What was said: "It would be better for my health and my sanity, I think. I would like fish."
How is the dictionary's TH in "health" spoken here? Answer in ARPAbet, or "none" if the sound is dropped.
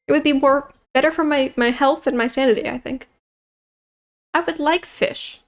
TH